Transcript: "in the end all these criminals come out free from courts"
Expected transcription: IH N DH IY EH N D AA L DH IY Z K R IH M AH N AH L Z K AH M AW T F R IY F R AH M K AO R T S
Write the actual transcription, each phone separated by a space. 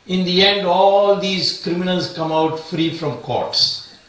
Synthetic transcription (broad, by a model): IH N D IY EH N D AA L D IY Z K R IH M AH N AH L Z K AH M AW T F R IY F R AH M K AO R T S